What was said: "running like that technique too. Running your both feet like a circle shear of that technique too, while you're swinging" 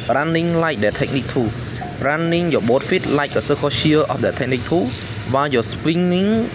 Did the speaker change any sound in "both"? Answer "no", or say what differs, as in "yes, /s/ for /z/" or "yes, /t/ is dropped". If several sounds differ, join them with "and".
yes, /t/ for /θ/